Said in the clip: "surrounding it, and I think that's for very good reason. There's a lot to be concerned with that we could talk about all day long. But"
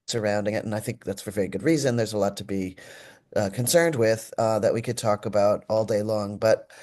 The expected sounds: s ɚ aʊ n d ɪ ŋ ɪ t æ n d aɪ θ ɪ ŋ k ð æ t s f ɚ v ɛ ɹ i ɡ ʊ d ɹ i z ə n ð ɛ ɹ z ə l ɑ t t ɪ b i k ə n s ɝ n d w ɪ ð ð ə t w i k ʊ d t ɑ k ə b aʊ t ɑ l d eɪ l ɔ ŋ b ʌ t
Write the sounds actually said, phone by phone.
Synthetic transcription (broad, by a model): s ɚ aʊ n d ɪ ŋ ɪ t n aɪ θ ɪ ŋ k ð æ t s f ɚ v ɛ ɹ i ɡ ʊ d ɹ i z ə n ð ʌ ɹ z ə l ɑ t t ɪ b i k ə n s ɝ n d w ɪ ð ð ə t w i k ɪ d t ɑ k ə b aʊ t ɑ l d eɪ l ɔ ŋ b ʌ t